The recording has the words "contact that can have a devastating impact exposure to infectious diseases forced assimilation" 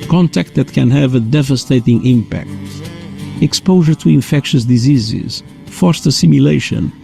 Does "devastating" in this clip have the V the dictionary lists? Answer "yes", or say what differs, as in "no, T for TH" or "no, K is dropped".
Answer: yes